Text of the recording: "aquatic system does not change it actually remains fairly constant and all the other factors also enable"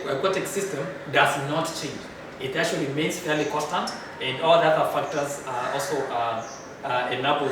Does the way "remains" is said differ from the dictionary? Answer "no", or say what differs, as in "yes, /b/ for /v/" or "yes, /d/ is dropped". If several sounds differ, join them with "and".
yes, /l/ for /ɹ/